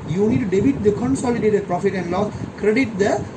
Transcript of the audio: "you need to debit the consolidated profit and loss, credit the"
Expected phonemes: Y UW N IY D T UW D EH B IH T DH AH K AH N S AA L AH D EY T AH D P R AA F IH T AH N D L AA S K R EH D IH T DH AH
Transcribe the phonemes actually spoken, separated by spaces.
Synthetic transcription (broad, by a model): Y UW N IY D T UW D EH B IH T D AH K AH N S AA L AH D EY T AH D P R AA F IH T AH N D L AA K R EH D IH T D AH